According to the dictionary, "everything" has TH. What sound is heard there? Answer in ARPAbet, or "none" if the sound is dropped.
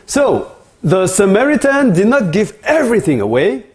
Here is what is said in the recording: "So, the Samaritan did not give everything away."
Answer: TH